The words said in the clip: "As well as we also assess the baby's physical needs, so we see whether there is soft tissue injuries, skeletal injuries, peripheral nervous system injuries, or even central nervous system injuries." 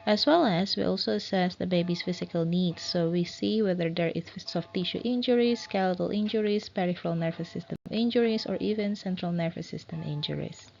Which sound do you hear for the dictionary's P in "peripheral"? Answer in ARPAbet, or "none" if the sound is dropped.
P